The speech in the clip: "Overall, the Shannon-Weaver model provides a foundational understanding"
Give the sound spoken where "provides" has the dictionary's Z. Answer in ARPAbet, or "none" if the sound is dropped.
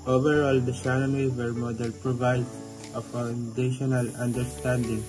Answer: none